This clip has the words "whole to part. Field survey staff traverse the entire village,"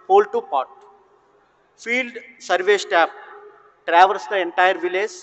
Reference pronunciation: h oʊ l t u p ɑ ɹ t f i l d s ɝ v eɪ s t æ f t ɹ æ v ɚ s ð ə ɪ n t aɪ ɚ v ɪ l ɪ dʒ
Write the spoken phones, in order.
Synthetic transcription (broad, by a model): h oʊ l t u p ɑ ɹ t f i l d s ɝ v eɪ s t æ p t ɹ æ v ɚ s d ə ɪ n t aɪ ɚ v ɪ l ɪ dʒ